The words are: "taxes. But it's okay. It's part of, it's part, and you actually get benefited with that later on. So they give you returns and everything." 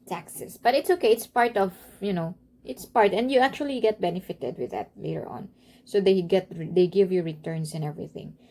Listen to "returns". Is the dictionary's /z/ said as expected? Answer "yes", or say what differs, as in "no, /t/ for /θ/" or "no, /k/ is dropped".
no, /s/ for /z/